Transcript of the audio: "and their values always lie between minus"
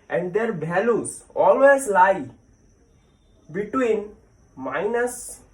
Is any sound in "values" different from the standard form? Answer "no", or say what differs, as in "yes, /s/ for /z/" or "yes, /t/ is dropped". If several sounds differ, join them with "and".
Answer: yes, /b/ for /v/